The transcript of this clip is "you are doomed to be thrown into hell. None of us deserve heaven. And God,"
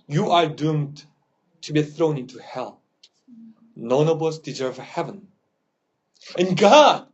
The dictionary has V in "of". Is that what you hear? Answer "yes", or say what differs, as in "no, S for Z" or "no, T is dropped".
no, B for V